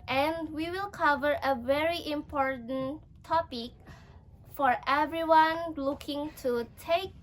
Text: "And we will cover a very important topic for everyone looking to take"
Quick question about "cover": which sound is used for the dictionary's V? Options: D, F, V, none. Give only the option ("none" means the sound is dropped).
V